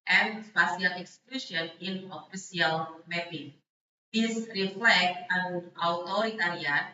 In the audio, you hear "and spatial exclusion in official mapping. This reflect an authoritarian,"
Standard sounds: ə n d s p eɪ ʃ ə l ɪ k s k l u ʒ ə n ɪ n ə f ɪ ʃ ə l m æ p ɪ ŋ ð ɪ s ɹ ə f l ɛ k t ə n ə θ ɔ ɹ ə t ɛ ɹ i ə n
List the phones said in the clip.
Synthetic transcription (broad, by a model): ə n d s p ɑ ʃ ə l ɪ k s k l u ʃ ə n ɪ n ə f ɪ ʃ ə l m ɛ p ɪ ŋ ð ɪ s ɹ ə f l ɛ k t ə n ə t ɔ ɹ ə t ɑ ɹ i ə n